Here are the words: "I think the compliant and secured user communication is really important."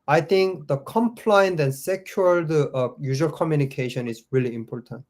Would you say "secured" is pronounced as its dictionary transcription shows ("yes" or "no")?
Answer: no